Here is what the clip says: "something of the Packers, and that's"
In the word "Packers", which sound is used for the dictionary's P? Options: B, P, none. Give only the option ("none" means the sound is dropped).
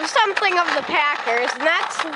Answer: P